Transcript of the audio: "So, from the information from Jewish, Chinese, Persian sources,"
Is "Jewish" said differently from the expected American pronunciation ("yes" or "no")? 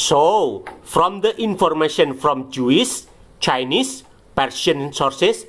yes